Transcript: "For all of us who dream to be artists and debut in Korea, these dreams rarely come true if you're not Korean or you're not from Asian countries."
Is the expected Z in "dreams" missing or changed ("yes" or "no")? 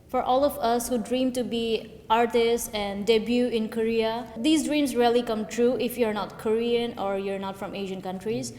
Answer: yes